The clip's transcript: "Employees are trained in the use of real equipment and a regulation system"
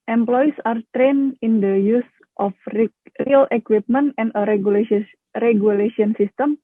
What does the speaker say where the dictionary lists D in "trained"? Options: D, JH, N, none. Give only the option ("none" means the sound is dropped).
none